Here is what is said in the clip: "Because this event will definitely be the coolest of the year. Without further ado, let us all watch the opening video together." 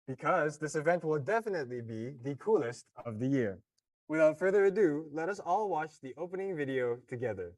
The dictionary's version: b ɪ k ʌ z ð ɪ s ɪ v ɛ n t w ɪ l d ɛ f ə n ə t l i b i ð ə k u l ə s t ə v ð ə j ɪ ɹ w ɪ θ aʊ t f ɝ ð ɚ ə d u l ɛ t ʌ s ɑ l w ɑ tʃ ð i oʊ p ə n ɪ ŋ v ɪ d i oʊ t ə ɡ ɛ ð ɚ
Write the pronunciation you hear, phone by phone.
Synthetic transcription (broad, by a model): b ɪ k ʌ z ð ɪ s ɪ v ɛ n t w ɪ l d ɛ f ə n ə t l i b i ð ə k u l ə s t ə v ð ə j ɪ ɹ w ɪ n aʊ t f ɝ ð ɚ ə d u l ɛ t ʌ s ɑ l w ɑ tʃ ð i oʊ p ə n ɪ ŋ v ɪ d i oʊ t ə ɡ ɛ ð ɚ